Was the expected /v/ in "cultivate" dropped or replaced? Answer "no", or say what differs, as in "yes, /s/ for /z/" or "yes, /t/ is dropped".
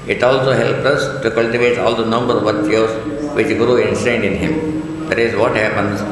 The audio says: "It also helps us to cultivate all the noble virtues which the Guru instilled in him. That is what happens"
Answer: no